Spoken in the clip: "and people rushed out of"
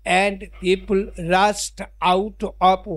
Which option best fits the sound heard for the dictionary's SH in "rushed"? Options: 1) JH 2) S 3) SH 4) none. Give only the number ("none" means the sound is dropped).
2